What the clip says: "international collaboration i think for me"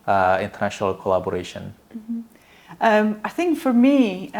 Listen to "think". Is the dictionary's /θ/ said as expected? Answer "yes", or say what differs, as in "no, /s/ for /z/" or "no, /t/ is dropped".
yes